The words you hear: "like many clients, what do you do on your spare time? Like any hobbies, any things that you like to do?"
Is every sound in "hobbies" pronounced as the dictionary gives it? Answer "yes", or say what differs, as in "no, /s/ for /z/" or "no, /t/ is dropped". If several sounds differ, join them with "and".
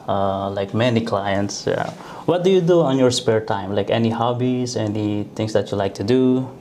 no, /s/ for /z/